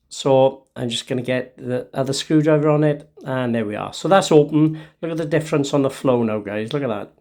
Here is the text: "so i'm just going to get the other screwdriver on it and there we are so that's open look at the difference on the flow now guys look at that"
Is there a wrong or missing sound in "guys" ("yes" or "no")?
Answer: no